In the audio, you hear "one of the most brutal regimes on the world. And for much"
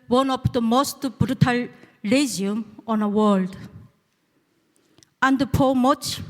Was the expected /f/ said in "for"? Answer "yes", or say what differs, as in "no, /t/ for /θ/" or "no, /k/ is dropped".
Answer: no, /p/ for /f/